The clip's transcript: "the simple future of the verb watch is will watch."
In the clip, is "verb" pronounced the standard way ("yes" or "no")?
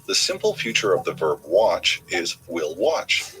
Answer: yes